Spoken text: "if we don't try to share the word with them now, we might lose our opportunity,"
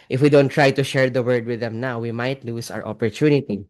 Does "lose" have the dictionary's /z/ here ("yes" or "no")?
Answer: no